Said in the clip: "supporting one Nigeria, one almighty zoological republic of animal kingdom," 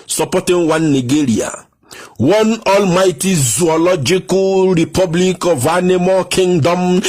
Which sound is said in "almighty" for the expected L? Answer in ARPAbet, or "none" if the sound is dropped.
L